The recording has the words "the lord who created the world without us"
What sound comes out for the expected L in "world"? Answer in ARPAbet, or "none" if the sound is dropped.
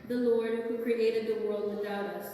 L